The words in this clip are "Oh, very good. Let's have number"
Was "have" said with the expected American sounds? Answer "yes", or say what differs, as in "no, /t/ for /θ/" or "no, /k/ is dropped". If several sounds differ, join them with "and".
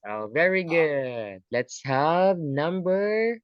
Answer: yes